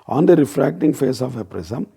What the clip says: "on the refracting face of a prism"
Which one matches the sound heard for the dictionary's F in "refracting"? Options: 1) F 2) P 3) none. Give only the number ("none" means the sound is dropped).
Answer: 1